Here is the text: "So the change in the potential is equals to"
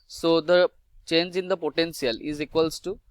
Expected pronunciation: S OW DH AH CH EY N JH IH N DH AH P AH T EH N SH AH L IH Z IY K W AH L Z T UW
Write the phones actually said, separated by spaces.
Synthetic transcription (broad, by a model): S OW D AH CH EY N JH IH N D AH P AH T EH N S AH L IH Z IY K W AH L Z T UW